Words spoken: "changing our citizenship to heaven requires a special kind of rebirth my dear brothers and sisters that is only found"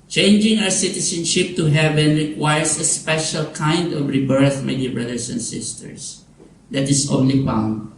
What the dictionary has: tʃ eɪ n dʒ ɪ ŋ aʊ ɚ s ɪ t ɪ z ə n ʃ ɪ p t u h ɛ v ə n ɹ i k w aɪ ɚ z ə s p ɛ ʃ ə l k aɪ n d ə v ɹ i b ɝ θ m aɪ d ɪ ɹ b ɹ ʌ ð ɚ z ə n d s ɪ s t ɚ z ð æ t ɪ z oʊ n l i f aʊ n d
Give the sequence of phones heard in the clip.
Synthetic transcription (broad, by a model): tʃ eɪ n dʒ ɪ ŋ aʊ ɚ s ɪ t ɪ s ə n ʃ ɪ p t u h ɛ v ə n ɹ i k w aɪ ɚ s ə s p ɛ ʃ ə l k aɪ n d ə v ɹ i b ɝ θ m aɪ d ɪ ɹ b ɹ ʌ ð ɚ s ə n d s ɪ s t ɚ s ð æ t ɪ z oʊ n l i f aʊ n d